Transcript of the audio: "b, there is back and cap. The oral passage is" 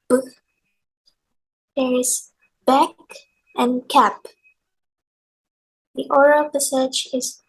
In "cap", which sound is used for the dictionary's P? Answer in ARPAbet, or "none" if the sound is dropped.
P